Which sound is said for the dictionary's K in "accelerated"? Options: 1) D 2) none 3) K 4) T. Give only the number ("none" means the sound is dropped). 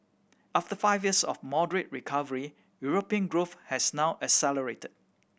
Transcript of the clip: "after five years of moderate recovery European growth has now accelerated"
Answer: 2